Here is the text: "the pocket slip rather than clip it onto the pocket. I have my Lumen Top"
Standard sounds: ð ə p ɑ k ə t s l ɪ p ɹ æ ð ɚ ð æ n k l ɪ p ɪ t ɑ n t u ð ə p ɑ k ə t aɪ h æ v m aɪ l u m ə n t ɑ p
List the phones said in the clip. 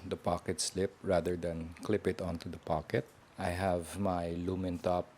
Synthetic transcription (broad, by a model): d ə p ɑ k ə t s l ɪ p ɹ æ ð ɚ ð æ n k l ɪ p ɪ t ɑ n t u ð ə p ɑ k ə t aɪ h æ v m aɪ l u m ə n t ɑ p